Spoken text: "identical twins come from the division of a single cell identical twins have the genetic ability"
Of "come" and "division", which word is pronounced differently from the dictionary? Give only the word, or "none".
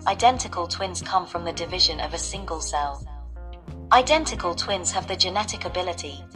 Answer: none